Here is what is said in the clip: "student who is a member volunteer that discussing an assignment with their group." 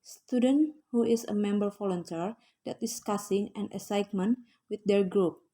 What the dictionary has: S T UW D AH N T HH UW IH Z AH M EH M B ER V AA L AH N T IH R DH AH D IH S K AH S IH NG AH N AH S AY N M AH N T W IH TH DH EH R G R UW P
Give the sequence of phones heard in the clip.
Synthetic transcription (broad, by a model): S T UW D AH N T HH UW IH S AH M EH M B ER F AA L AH N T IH R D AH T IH S K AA S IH NG AH N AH S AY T M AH N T W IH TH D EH R G R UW P